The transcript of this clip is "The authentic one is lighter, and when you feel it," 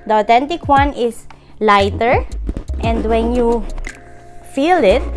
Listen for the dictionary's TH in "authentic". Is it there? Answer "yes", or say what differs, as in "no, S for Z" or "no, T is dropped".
no, T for TH